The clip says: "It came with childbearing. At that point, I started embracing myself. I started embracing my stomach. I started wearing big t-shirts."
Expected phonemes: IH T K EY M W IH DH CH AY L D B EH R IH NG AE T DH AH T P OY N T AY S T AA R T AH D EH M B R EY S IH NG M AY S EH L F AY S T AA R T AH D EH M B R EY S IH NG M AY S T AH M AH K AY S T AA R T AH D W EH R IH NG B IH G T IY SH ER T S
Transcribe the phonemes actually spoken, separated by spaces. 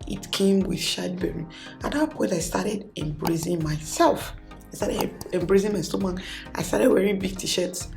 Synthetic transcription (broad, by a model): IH T K EY M W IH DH SH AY D B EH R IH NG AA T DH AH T P OY N T AY S T AA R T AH D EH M B R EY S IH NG M AY S EH L F AY S T AA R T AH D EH M B R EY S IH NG M AY S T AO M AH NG AY S T AA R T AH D W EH R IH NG B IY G T IY SH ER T S